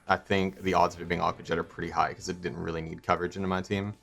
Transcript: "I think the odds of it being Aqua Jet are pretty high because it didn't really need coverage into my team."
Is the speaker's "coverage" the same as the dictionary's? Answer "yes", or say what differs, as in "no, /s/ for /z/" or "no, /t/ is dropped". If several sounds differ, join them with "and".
yes